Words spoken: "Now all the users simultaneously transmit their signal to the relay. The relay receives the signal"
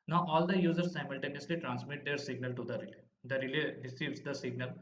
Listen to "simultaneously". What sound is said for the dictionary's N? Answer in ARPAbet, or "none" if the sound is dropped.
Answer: N